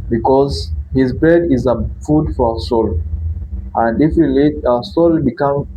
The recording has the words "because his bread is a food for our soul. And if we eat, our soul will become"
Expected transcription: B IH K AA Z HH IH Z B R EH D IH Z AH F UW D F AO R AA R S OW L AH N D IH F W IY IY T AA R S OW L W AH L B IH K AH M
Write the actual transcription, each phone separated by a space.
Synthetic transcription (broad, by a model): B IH K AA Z HH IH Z B EH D IH Z AH F UW D F AO R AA S OW L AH N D IH F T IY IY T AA S OW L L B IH K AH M